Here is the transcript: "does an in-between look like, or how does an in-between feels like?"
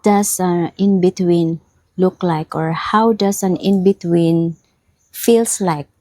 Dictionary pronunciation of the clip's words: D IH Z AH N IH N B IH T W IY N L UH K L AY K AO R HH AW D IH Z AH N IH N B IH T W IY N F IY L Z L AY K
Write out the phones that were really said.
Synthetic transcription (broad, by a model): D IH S AH N IH N B IH T W IY N L UH K L AY K AO R HH AW D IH S AH N IH N B IH T W IY N F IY L S L AY K